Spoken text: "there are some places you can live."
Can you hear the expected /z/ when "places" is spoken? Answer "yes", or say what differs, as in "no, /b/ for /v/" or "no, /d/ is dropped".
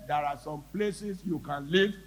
no, /s/ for /z/